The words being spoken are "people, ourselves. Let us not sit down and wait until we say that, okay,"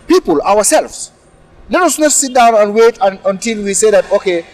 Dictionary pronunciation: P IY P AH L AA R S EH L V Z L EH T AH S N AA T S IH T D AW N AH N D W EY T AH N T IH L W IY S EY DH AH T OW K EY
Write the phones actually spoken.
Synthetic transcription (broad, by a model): P IY P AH L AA W S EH L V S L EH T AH S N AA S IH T D AW N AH N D W EY T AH N T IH L W IY S EY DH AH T OW K EY